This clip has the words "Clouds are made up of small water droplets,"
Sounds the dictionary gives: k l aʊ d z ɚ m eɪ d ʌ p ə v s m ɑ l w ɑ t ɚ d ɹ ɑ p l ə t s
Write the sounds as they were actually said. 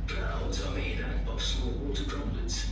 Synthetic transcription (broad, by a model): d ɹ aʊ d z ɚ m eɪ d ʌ b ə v s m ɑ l w ɑ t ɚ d ɹ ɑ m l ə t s